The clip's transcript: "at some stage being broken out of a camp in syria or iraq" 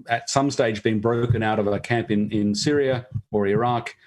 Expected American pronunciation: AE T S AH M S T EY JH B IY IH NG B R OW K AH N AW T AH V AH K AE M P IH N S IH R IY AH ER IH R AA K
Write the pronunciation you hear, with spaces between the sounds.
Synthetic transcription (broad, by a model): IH T S AH M S T EY JH B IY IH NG B R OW K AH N AW T AH V AH K AE M P IH N S IH R IY AH ER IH R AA K